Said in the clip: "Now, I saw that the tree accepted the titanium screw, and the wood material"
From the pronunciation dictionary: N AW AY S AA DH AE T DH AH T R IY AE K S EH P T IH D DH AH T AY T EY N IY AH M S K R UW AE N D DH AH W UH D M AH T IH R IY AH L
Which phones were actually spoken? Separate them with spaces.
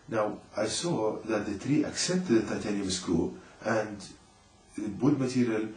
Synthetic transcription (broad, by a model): N AW AY S AA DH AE T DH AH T R IY AE K S EH P T IH D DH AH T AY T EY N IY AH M S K UW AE N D DH AH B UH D M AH T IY R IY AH L